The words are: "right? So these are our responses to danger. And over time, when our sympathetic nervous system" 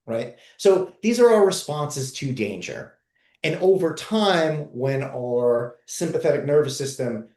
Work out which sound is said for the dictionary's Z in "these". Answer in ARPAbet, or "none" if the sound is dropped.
Z